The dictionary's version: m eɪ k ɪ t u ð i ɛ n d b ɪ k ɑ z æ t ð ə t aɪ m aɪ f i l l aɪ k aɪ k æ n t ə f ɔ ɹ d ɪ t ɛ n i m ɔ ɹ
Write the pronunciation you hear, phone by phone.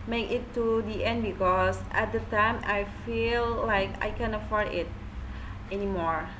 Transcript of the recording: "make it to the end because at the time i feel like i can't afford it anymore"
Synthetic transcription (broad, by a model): m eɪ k ɪ t u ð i ɛ n d b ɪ k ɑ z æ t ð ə t aɪ m aɪ f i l l aɪ k aɪ k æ n ə f ɔ ɹ d ɪ t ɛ n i m ɔ ɹ